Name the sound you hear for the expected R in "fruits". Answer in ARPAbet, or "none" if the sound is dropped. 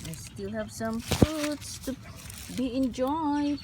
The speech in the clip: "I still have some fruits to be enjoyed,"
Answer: none